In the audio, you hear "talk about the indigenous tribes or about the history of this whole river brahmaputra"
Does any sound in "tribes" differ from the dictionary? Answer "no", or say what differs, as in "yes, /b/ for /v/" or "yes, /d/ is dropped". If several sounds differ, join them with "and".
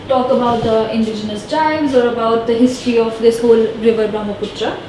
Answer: yes, /ɹ/ is dropped